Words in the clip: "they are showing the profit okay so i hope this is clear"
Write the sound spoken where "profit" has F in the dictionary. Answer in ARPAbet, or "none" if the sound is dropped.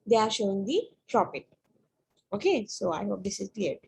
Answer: P